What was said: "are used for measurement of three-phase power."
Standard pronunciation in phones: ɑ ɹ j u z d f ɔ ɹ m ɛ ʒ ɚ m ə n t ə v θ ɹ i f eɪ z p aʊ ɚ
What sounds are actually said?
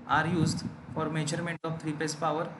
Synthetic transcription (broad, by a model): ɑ ɹ j u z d f ɔ ɹ m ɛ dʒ ɚ m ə n t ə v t ɹ i p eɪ s p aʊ ɚ